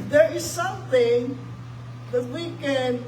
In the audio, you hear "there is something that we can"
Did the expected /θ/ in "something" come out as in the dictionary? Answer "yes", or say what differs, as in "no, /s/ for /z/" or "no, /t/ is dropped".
yes